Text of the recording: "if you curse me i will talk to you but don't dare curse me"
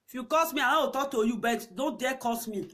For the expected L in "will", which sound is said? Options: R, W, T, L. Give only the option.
W